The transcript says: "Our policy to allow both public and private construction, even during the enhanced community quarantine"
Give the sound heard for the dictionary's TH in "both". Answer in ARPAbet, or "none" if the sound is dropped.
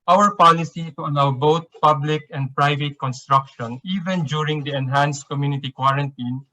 T